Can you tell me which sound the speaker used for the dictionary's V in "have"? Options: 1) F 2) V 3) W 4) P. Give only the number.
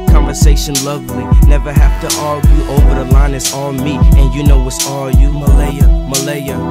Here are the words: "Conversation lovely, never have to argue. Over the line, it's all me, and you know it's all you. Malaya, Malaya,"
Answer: 1